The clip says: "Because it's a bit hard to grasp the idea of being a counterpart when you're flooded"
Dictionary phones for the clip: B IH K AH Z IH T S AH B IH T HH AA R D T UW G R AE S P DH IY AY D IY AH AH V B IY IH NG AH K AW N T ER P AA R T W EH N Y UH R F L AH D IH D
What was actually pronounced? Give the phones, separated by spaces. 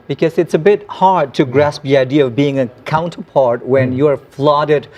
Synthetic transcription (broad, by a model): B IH K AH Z IH T S AH B IH T HH AA R D T UW G R AE S P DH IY AY D IY AH AH V B IY IH NG AH K AW N T ER P AA R T W EH N Y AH R F L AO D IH D